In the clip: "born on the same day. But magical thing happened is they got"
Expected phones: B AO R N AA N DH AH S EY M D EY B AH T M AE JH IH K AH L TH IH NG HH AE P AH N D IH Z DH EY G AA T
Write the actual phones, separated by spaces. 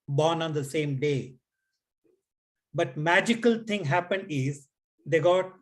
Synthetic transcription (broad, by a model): B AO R N AA N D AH S EY M D EY B AH T M AE JH IH K AH L T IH NG HH AE P AH N D IH Z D EY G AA T